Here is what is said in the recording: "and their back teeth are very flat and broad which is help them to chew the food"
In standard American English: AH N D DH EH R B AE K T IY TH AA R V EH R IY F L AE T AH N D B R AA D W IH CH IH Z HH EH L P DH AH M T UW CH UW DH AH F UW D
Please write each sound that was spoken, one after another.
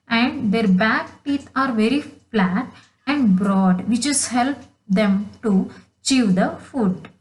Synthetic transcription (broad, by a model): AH N D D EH R B AE K T IY T AA R V EH R IY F L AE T AH N D B R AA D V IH CH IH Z HH EH L P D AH M T UW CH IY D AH F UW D